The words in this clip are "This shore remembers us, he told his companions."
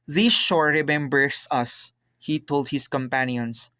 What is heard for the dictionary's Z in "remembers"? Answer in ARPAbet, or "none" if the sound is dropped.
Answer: S